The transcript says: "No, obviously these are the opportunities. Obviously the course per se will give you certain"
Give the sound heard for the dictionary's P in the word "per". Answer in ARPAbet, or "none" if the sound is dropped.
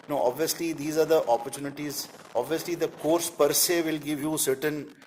P